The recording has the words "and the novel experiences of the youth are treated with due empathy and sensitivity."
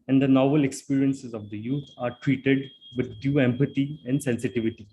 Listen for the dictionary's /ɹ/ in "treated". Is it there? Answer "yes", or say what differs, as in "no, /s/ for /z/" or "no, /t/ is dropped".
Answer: yes